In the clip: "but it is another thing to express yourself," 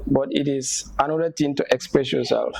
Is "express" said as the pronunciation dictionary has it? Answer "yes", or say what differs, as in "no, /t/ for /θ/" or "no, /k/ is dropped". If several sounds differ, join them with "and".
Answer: yes